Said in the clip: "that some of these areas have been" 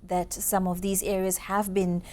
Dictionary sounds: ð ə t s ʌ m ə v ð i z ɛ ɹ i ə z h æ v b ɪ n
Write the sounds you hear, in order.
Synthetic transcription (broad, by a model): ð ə t s ʌ m ə v ð i z ɛ ɹ i ə z h æ v b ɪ n